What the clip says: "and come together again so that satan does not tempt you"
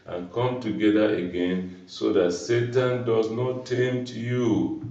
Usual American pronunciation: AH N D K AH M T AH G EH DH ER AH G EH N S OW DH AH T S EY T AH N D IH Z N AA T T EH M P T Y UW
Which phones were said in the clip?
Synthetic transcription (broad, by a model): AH N K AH M T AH G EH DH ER AH G EH N S OW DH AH T S EY T AH N D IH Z N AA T T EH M T Y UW